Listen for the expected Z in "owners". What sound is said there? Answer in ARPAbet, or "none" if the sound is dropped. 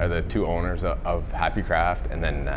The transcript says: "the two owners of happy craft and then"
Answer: Z